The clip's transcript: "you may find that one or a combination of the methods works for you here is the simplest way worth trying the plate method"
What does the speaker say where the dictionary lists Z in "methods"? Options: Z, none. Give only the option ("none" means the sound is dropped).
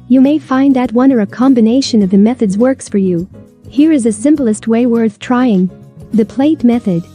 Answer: Z